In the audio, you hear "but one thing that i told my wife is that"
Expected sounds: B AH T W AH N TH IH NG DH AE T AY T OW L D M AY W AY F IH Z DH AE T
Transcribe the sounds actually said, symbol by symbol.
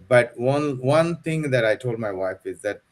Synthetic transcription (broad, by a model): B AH T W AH N T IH NG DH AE T AY T OW L D M AY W AY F IH Z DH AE T